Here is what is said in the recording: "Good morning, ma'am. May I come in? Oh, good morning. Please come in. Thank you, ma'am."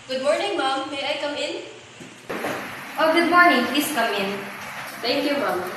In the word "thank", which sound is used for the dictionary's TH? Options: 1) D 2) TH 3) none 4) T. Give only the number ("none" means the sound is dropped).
4